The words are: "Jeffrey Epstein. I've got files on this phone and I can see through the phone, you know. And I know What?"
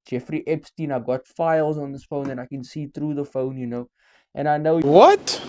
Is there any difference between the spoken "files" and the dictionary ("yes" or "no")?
no